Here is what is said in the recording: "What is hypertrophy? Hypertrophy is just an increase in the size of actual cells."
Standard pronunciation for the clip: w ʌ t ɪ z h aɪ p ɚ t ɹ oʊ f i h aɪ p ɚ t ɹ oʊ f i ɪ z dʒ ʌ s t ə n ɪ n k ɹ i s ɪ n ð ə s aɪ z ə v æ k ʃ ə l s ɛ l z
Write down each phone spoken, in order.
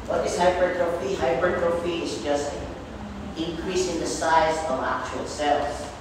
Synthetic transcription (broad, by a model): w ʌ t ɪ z h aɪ b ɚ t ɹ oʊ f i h aɪ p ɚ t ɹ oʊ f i ɪ z dʒ ʌ s t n ɪ n k ɹ i s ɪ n ð ə s aɪ z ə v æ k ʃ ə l s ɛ l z